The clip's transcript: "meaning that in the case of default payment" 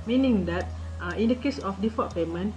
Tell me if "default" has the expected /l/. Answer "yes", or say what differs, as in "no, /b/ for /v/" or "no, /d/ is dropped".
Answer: no, /l/ is dropped